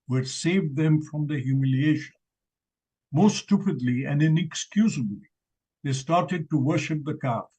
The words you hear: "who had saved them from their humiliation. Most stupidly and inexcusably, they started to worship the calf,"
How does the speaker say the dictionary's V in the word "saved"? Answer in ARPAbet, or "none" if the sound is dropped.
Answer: V